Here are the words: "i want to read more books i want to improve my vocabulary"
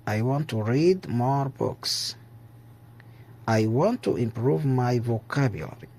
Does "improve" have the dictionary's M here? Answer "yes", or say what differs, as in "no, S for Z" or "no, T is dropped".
yes